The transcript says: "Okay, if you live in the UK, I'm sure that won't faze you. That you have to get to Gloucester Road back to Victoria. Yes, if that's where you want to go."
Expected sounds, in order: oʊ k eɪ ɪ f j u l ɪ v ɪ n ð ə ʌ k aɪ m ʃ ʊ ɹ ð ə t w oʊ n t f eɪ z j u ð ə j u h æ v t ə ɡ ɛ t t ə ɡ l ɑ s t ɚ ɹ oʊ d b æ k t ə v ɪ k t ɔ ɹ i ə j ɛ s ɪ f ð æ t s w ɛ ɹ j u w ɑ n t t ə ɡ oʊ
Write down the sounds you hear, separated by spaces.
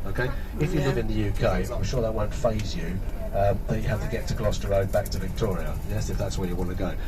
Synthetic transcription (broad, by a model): oʊ k eɪ ɪ f j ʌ l ɪ v ɪ n ð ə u k aɪ m ʃ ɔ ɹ ð ə t w oʊ n t f eɪ z j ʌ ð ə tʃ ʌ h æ f t ə ɡ ɛ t t ə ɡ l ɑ s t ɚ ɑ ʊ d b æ k t ə v ɪ k t ɔ ɹ i ə j ɛ s ɪ f ð æ t s w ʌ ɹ j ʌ w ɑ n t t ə ɡ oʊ